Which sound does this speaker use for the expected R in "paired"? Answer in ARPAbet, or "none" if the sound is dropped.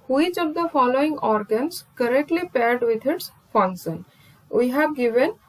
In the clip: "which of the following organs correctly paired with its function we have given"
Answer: R